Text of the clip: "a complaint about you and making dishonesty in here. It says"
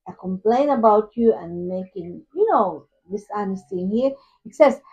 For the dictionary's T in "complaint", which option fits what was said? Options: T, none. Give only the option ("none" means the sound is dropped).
none